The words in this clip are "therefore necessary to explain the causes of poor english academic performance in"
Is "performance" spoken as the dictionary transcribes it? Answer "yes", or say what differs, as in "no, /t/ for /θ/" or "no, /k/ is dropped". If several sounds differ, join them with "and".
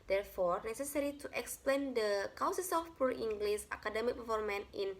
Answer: no, /l/ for /ɹ/